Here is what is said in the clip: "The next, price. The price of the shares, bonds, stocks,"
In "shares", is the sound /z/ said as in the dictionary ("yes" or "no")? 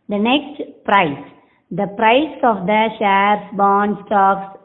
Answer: no